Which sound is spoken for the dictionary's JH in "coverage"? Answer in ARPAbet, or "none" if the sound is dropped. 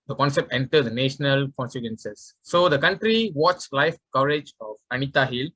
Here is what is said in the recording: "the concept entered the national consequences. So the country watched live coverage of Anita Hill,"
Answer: JH